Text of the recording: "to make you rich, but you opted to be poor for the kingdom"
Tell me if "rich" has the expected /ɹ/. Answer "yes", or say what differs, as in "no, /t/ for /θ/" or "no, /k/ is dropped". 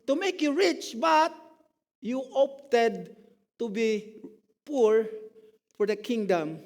yes